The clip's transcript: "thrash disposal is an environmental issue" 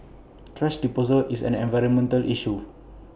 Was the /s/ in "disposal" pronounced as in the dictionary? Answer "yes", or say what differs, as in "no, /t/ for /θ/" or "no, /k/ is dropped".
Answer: no, /s/ is dropped